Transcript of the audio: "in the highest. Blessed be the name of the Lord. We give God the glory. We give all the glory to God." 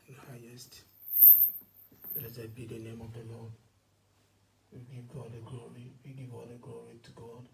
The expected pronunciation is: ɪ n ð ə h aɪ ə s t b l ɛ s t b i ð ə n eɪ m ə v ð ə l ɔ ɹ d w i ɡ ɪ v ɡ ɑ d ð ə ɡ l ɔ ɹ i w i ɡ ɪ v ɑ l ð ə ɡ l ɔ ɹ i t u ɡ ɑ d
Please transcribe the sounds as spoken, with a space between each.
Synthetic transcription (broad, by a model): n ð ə h aɪ ə s t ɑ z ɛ b i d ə n eɪ m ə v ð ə l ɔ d w i ɡ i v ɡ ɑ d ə ɡ l ɔ ɹ i w i ɡ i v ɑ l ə ɡ l ɔ ɹ i t u ɡ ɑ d